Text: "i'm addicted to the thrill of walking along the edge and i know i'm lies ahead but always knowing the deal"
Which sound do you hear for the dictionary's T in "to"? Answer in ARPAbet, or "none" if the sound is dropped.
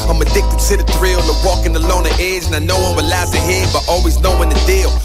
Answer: S